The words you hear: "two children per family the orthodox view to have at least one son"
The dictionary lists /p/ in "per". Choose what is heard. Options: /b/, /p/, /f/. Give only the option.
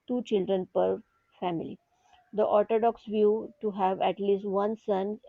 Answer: /p/